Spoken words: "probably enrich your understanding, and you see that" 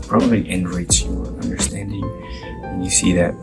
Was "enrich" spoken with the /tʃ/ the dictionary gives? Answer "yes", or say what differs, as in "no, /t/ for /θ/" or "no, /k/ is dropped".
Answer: no, /s/ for /tʃ/